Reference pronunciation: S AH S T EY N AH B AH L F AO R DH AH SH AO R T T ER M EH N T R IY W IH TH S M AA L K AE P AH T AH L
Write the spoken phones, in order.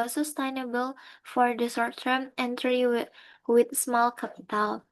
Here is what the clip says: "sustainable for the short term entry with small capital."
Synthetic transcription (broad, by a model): S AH S T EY N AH B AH L F AO R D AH S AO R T T ER M EH N T R IY W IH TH S M AA L K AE P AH T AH L